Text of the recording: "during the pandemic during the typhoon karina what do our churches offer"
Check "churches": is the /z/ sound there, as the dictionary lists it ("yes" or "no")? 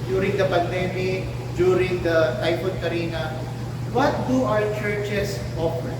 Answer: no